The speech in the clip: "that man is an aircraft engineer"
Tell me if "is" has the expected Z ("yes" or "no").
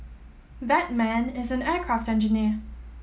yes